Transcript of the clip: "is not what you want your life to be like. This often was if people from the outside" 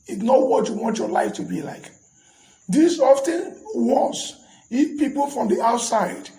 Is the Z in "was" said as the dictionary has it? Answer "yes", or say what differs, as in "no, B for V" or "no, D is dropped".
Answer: no, S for Z